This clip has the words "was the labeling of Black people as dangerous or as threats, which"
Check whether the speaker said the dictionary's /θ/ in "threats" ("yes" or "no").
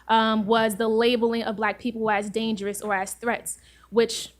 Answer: yes